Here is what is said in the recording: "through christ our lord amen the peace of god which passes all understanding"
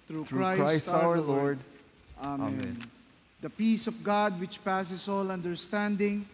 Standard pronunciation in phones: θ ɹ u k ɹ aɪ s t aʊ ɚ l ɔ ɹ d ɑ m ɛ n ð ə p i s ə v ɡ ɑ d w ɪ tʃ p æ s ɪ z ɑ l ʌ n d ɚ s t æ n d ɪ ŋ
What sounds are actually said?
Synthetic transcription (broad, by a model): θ ɹ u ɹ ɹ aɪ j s aʊ ɚ l ɔ ɹ d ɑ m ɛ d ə p i s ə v ɡ ɑ d w ɪ tʃ p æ s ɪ s ɑ l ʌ n d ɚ s t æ n d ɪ ŋ